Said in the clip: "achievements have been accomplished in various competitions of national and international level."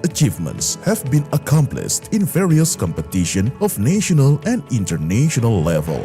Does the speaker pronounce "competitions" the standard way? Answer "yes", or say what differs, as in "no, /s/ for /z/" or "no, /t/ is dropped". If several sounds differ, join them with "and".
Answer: no, /z/ is dropped